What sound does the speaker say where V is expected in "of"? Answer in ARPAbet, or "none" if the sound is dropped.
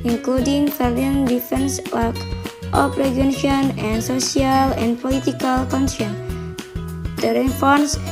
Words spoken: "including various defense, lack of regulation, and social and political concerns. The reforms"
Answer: P